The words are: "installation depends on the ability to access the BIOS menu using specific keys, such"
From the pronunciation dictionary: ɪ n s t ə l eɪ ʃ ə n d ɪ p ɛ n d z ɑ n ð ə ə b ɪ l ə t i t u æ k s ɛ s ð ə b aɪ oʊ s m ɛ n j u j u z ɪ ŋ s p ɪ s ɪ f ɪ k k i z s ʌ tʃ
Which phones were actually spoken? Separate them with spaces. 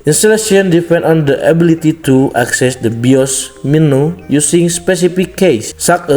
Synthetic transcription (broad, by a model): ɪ n s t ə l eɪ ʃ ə n d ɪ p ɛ n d ɑ n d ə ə b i l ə t i t u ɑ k s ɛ s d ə b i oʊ s m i n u j u s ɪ ŋ s p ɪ s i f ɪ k k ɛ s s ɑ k